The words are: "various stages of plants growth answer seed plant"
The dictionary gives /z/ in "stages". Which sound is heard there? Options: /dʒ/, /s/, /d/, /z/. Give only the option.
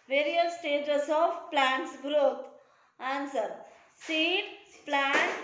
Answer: /s/